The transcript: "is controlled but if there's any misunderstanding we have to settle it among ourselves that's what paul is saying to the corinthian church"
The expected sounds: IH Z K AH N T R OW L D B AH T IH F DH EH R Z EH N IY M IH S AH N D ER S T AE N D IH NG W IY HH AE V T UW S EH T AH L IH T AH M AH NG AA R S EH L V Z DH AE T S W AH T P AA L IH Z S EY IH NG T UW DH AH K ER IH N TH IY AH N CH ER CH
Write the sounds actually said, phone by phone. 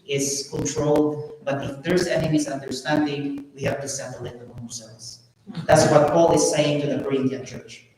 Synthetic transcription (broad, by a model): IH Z K AH N T R OW L D B AH T IH F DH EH R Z EH N IY M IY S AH N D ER S T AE N D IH NG W IY HH AE V T UW S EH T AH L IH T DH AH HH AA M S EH V S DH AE T S W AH T P AA L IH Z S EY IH NG T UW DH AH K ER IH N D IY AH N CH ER CH